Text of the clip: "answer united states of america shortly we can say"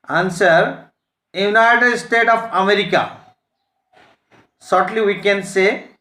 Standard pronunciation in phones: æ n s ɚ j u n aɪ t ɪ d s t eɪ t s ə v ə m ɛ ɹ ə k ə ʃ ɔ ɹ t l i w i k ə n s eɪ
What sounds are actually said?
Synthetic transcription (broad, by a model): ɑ n s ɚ j u n aɪ t ɪ d s t eɪ t ə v ə m ɛ ɹ ə k ə s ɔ ɹ t l i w i k ə n s eɪ